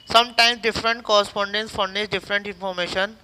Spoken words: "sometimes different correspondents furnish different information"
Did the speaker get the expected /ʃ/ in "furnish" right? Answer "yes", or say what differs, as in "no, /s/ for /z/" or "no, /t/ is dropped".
no, /s/ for /ʃ/